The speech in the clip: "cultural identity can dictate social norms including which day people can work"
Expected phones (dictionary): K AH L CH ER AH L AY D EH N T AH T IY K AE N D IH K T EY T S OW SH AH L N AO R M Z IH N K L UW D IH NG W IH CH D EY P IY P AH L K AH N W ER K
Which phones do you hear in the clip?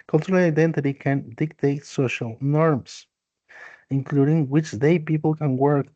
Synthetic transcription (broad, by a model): K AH L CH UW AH L AY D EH N T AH T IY K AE N D IH K T EY T S OW SH AH L N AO R M S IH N K L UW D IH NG W IH CH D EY P IY P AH L K AH N W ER K